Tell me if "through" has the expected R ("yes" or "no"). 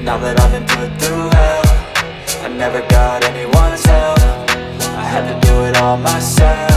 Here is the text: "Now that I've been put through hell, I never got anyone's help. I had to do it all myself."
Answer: no